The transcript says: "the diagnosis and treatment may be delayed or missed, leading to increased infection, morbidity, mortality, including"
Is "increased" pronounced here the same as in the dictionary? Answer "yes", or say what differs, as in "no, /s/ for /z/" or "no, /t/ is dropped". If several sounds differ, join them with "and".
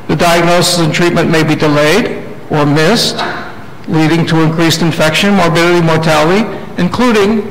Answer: yes